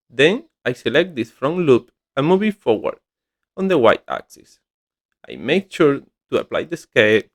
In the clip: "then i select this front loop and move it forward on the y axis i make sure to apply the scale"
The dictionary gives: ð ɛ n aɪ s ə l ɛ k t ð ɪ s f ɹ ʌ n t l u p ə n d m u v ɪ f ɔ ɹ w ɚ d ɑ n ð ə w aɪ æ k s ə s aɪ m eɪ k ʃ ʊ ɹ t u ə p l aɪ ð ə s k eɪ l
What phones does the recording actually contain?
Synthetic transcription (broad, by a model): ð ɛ n aɪ s ə l ɛ k t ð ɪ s f ɹ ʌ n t l u p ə m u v ɪ f ɔ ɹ w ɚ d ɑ n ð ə w aɪ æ k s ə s aɪ m eɪ k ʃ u ɹ t u ə p l aɪ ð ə s k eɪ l